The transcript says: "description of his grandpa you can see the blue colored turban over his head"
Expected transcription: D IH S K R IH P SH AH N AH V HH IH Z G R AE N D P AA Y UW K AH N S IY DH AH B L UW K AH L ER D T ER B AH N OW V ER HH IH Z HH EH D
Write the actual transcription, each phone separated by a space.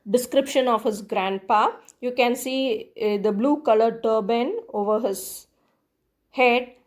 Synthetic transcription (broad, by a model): D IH S K R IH P SH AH N AH V HH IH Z G R AE N D P AA Y UW K AH N S IY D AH B L UW K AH L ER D T ER B AH N OW V ER HH IH Z HH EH D